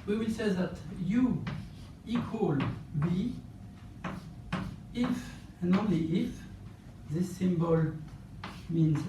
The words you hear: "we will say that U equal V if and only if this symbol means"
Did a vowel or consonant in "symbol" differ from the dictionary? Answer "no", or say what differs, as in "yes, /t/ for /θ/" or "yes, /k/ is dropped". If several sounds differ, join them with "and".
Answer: no